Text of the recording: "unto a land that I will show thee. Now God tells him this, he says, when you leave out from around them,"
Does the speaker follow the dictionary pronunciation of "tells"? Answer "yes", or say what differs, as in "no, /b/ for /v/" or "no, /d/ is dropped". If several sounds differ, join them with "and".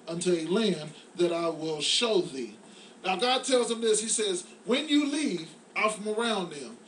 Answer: yes